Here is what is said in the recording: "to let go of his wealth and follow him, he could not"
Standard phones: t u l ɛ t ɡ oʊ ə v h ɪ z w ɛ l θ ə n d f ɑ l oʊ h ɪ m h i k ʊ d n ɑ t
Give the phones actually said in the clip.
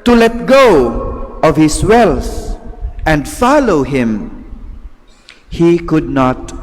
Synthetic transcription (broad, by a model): t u l ɛ t ɡ oʊ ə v h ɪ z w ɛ l s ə n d f ɑ l oʊ h ɪ m h i k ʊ d n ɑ t